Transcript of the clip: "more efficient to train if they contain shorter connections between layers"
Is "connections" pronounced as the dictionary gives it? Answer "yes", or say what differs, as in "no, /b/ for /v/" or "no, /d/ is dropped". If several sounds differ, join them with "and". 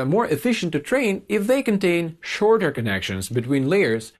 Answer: yes